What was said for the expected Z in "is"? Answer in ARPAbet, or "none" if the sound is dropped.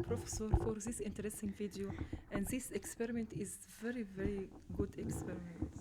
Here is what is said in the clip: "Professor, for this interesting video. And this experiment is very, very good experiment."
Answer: Z